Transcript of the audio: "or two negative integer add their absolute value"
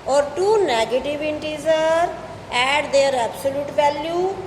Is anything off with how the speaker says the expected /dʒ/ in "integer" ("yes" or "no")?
yes